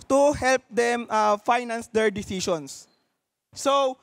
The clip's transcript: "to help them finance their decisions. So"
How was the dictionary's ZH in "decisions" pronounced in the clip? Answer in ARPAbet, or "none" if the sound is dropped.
S